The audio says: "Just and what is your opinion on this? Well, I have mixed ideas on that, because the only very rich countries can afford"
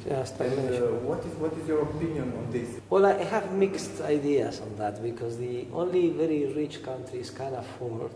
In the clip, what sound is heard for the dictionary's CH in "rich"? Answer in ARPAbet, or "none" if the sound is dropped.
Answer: CH